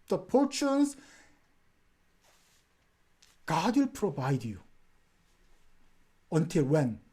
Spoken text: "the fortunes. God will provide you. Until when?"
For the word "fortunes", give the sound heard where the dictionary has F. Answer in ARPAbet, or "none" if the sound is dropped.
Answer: P